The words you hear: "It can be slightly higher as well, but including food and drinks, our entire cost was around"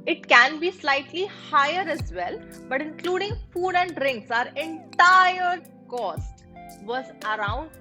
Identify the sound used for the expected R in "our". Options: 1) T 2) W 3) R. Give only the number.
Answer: 3